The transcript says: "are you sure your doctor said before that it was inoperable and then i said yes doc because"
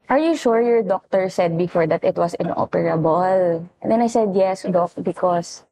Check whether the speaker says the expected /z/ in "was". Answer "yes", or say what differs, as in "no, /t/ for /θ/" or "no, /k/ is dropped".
no, /s/ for /z/